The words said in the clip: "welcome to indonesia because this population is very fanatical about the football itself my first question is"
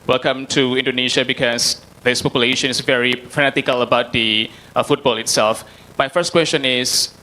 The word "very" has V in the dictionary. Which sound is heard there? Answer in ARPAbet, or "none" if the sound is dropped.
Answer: V